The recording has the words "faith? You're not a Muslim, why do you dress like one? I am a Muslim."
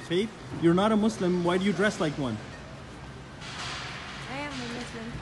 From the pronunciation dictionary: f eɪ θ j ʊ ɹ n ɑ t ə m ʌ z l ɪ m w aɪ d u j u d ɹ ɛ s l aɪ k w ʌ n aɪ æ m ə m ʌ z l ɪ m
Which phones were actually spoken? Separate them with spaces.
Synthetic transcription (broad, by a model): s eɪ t j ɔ ɹ n ɑ t ə m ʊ s l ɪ m w aɪ d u j u d ɹ ɛ s l aɪ k w ʌ n aɪ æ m ə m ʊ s l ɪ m